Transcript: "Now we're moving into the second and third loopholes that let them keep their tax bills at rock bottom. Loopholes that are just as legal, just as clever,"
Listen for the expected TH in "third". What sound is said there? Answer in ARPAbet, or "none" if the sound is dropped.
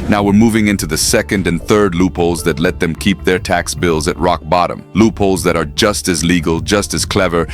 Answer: TH